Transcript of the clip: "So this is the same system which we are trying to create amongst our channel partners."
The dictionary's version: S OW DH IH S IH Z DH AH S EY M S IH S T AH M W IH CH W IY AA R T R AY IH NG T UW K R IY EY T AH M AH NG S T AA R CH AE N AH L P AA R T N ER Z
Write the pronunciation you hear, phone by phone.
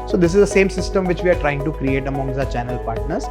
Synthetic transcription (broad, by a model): S OW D IH S IH Z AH S EY M S IH S T AH M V IH CH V IY AA R T R AY IH NG T UW K R IY EY T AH M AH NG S AA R CH AE N AH L P AA R T N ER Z